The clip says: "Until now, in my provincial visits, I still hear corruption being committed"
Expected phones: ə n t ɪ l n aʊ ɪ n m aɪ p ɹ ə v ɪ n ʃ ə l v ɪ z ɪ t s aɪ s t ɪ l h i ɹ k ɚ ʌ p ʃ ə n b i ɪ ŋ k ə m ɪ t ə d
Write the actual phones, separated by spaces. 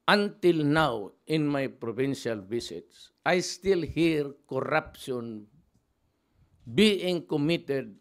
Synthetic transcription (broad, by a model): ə n t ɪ l n aʊ ɪ n m aɪ p ɹ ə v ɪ n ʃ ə l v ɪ s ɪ t s aɪ s t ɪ l h i ɹ k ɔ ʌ p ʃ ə n b i ɪ ŋ k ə m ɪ t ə d